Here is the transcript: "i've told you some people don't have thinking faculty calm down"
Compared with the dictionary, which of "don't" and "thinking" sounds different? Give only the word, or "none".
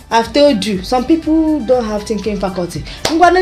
thinking